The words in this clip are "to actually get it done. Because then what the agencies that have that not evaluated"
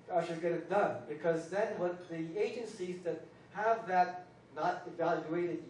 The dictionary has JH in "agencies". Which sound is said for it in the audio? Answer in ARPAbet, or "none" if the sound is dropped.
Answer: JH